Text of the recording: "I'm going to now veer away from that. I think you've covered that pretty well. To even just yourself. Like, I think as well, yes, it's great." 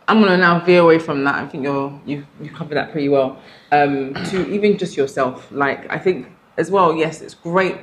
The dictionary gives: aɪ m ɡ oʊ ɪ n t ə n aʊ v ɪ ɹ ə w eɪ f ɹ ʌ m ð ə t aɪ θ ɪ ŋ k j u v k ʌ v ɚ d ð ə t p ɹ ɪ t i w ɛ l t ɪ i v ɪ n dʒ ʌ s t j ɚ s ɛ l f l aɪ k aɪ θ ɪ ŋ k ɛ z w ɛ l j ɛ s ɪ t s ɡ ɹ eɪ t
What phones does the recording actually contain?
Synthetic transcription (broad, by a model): aɪ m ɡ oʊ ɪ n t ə n aʊ v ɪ ə w eɪ f ɹ ʌ m ð ə t aɪ θ ɪ ŋ k j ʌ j k ʌ v ɚ ð ə t p ɹ ɪ t i w ɛ l t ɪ i v ɪ n dʒ ʌ s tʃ j ɚ s ɛ l f l aɪ k aɪ θ ɪ ŋ k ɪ z w ɛ l j ɛ s ɪ t s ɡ ɹ eɪ t